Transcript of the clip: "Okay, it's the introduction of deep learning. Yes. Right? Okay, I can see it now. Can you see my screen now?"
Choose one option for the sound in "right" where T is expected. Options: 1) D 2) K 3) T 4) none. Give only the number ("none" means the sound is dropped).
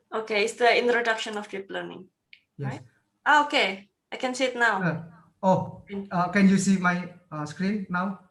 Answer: 4